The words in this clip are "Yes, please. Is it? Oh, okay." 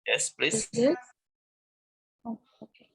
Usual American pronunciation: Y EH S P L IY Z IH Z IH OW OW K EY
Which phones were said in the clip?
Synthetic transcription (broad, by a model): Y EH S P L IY IH OW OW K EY